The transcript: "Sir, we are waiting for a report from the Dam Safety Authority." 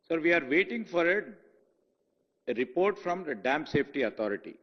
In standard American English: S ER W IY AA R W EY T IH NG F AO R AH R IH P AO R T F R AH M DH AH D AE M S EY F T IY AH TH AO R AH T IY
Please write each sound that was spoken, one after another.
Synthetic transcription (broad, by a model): S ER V IY AA R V EY T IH NG F AO R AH R IH P AO R T F R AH M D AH D AE M S EY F T IY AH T AO R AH T IY